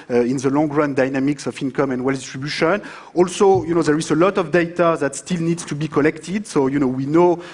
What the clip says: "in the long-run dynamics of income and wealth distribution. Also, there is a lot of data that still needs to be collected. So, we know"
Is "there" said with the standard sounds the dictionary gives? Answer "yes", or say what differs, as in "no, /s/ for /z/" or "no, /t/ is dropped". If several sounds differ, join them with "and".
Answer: yes